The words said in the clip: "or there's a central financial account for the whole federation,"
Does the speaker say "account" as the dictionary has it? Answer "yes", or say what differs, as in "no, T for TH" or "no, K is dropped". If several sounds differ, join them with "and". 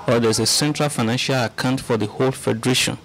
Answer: yes